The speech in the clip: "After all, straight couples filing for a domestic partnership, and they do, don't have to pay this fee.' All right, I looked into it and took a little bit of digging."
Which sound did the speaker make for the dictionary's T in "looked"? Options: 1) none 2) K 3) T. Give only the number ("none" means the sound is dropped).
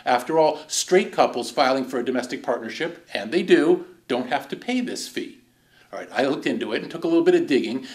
3